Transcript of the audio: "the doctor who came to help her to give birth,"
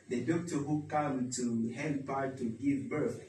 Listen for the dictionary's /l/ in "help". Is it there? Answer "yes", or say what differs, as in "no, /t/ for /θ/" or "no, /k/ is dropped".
no, /n/ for /l/